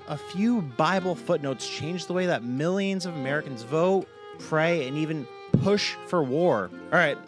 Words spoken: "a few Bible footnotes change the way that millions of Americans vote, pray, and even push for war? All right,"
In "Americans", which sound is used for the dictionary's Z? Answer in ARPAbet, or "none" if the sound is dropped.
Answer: Z